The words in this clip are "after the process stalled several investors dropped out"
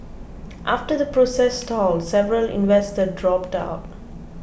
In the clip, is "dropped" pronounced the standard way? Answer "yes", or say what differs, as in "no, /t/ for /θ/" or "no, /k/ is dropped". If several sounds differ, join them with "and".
yes